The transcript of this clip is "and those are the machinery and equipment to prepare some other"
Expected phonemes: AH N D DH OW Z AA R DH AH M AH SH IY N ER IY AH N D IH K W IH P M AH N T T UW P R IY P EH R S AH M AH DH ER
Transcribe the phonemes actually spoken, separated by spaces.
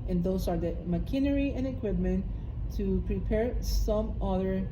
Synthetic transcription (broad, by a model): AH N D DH OW S AA R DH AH M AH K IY N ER IY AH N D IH K W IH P M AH N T T UW P R IY P EH R S AH M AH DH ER